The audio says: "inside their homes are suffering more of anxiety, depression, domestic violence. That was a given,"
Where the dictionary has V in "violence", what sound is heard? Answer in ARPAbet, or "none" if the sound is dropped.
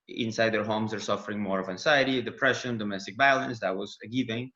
B